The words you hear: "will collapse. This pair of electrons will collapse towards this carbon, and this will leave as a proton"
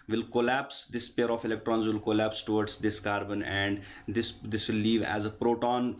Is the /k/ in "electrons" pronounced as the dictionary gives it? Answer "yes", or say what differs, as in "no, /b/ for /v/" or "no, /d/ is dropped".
yes